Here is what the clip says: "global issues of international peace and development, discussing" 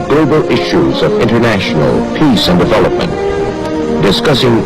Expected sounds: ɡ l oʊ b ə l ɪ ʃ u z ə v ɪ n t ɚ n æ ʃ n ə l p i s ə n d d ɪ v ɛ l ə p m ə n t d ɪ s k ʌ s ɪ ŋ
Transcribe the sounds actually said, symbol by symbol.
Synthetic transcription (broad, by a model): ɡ l oʊ b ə l ɪ ʃ u z ə v ɪ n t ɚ n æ ʃ n l p i s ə n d d ɪ v ɛ l ə p m ə n t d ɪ s k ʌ s ɪ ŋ